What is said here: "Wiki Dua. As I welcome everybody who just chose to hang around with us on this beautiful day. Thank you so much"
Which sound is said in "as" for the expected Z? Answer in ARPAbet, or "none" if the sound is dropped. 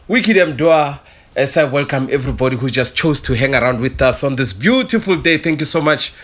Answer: S